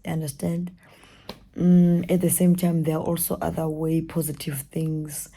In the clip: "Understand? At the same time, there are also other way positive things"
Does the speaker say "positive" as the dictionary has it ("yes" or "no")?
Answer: yes